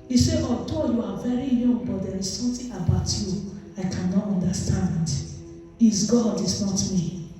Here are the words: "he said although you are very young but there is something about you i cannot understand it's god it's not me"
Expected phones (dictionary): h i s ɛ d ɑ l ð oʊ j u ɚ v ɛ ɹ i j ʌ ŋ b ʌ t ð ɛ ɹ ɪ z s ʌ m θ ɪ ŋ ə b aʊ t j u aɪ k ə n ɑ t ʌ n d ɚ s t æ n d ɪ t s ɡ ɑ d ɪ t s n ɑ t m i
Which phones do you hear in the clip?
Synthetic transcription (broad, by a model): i s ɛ ɑ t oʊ j u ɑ v ɛ ɹ i j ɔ ŋ b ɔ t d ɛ ɹ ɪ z s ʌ m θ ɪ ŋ ə b aʊ t j u aɪ k ə n ɑ t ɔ n d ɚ s t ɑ n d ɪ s ɡ ɑ d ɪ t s n ɑ t m i